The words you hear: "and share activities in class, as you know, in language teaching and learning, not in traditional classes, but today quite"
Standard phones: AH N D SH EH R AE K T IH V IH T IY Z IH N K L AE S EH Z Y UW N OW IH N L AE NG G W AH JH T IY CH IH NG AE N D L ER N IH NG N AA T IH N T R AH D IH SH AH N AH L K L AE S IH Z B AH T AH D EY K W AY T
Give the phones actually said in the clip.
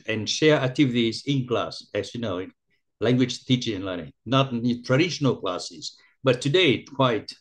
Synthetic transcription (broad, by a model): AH N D SH EH R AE K T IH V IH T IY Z IH N K L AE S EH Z Y UW N OW IH N L AE NG G W AH JH T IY CH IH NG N L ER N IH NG N AA T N T R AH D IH SH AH N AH L K L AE S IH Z B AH T AH D EY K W AY T